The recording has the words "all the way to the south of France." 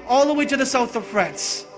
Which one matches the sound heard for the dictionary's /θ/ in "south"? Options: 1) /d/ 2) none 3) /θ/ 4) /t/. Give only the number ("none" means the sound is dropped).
3